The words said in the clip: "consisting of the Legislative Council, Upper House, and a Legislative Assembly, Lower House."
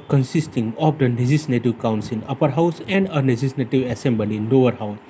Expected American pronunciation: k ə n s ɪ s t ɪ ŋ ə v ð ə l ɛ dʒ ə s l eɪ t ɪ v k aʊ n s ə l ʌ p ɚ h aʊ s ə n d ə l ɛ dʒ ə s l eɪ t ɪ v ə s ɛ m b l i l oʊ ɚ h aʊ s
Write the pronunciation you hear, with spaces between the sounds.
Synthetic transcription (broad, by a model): k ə n s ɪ s t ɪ ŋ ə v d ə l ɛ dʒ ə s n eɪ t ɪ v k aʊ n s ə n ʌ p ɚ h aʊ s ə n d ə n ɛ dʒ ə s n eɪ t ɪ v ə s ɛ m b l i n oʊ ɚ h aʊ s